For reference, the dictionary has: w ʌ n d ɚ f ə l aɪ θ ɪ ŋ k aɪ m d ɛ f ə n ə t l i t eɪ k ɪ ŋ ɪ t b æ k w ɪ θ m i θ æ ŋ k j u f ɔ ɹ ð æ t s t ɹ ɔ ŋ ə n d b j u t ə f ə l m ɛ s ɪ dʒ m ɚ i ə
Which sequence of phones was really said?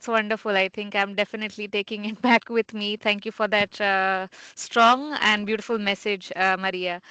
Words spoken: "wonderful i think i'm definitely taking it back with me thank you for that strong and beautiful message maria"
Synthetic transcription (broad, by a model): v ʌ n d ɚ f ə l aɪ t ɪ ŋ k aɪ m d ɛ f ə n ə t l i t eɪ k ɪ ŋ ɪ t b æ k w ɪ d m i t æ ŋ k j u f ɔ ɹ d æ t s t ɹ ɔ ŋ ə n d b j u t ə f ə l m ɛ s ɪ dʒ m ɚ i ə